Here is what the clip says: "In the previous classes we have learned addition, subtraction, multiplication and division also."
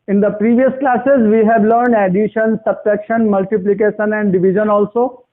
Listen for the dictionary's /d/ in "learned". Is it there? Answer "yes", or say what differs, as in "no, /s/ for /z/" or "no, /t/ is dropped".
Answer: yes